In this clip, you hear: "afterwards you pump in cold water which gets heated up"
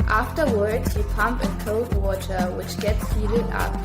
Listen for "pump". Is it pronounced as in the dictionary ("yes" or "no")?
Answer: yes